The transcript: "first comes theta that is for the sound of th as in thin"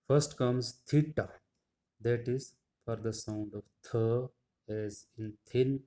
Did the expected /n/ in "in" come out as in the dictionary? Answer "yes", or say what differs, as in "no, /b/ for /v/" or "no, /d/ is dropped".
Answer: yes